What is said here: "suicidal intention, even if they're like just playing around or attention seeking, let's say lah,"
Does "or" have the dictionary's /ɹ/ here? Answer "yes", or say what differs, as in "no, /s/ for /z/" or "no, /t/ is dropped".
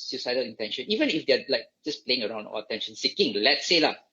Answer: no, /l/ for /ɹ/